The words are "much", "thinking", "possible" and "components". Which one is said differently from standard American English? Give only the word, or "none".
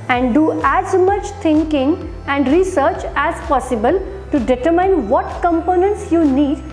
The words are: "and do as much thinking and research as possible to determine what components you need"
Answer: thinking